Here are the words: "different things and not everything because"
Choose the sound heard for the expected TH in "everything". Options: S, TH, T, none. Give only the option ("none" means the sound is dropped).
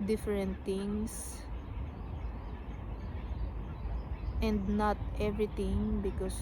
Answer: T